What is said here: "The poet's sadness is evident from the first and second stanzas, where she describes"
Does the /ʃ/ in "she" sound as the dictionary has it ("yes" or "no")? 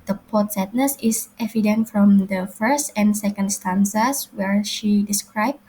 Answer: yes